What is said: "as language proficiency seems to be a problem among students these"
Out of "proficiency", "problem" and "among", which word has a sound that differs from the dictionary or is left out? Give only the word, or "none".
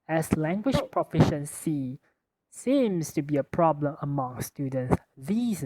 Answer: none